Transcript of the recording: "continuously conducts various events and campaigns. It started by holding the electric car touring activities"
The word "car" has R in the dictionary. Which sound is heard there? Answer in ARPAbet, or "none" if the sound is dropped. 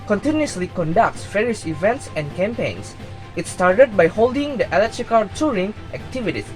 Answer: L